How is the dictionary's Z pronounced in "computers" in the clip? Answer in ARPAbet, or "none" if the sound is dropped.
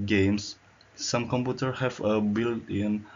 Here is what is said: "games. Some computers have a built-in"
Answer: none